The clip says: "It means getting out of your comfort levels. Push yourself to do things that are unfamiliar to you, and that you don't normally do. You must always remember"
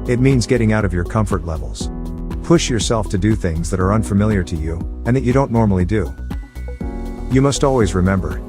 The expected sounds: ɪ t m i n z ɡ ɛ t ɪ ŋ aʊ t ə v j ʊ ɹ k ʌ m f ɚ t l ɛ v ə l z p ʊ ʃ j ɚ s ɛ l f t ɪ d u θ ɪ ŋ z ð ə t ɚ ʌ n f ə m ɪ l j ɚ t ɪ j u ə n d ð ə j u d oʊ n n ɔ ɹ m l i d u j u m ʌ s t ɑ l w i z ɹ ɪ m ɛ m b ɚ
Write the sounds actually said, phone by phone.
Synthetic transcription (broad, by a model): ɪ t m i n z ɡ ɛ t ɪ ŋ aʊ t ə v j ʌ ɹ k ʌ m f ɚ t l ɛ v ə l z p ʊ ʃ j ɚ s ɛ l f t ɪ d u θ ɪ ŋ z ð ə t ɚ ʌ n f ə m ɪ l j ɚ t ɪ j u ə n ð ə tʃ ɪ d oʊ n n ɔ ɹ m l i d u j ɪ m ʌ s t ɑ l w i z ɹ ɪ m ɛ m b ɚ